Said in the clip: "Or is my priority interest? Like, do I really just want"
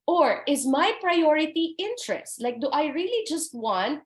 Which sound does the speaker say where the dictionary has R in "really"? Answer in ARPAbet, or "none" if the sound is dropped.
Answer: R